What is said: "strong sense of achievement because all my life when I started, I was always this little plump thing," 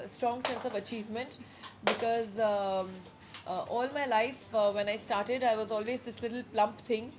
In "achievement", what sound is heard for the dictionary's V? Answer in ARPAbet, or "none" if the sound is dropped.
V